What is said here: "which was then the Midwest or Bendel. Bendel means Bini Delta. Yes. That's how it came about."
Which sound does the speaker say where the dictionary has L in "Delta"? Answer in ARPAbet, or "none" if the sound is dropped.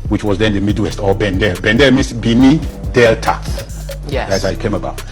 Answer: L